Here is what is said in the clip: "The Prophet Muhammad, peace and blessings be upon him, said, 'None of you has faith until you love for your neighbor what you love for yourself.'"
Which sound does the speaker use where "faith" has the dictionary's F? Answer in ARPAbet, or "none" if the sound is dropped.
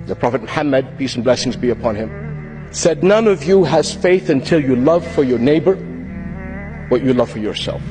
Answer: F